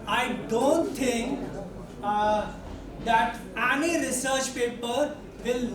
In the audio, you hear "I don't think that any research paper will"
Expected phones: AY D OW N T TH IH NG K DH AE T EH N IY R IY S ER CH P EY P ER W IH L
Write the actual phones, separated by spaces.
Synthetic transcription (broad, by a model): AY D OW N T T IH NG K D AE T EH N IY R IY S ER CH P EY P ER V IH L